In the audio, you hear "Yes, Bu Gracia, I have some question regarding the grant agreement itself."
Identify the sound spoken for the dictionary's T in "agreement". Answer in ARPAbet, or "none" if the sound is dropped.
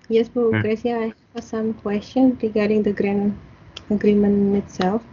none